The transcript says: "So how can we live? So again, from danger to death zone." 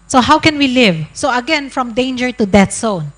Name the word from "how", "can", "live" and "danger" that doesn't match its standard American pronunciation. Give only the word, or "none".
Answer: none